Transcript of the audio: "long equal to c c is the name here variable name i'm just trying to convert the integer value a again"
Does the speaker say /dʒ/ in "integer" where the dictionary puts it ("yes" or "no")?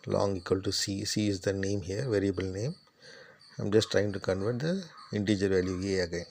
yes